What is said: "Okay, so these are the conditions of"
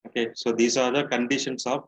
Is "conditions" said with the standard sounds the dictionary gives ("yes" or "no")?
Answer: no